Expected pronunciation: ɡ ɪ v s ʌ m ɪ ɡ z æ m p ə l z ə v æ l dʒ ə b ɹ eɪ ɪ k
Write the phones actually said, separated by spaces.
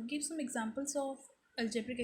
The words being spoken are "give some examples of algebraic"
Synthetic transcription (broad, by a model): ɡ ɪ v s ʌ m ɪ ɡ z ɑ m p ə l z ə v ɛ l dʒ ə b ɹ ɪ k